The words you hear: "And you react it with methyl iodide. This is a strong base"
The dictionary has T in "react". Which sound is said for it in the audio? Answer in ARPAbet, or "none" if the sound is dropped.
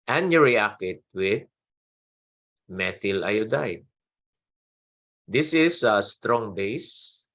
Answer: none